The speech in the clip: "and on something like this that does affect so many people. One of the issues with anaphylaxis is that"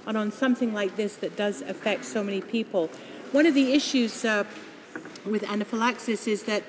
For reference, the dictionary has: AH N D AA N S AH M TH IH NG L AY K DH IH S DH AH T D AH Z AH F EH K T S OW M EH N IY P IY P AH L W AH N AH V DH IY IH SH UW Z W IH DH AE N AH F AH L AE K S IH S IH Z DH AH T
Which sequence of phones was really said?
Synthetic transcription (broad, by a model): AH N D N S AH M TH IH NG L AY K DH IH S DH AH T D AH Z AH F EH K T S OW M EH N IY P IY P L W AH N AH V DH IY IH SH UW Z W IH DH AE N AH F AH L AE K S IH S IH Z DH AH T